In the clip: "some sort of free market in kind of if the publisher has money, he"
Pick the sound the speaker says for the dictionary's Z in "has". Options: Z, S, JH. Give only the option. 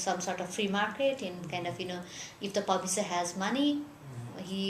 Z